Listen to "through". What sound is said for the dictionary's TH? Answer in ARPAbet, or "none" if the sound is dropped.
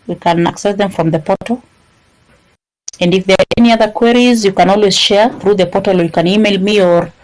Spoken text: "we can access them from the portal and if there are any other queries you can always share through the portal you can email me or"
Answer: TH